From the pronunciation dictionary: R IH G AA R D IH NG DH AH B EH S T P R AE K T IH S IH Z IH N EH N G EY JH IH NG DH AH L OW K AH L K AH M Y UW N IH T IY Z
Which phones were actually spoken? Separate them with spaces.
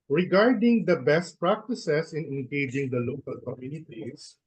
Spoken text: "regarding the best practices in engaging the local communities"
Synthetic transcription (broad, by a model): R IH G AA R D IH NG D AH B EH S T P R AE K T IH S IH S IH N EH N G EY JH IH NG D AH L OW K AH L K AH M Y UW N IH T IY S